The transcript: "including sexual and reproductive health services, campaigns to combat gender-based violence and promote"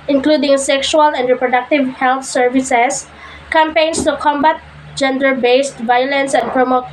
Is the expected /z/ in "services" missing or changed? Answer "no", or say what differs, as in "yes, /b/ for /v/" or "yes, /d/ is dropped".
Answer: yes, /s/ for /z/